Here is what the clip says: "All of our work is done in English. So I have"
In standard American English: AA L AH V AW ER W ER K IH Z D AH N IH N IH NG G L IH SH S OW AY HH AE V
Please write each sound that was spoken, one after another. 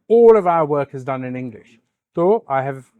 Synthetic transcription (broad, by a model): AA L AH V AW ER W ER K IH Z D AH N IH N IH NG G L IH SH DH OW AY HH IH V